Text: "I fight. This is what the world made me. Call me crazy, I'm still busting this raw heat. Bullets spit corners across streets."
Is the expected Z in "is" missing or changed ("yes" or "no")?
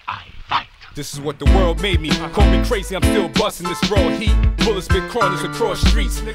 no